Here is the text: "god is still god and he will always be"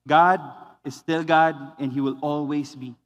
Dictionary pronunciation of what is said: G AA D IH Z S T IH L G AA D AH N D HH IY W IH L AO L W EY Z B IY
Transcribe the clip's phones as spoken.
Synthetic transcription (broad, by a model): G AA D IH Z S T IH L G AA D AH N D HH IY W IH L AO L W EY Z B IY